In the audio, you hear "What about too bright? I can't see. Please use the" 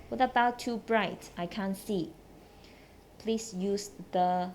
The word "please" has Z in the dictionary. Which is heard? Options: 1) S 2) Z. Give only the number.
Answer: 1